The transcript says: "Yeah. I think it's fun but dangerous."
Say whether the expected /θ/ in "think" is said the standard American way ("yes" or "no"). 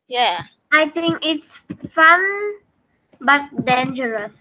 no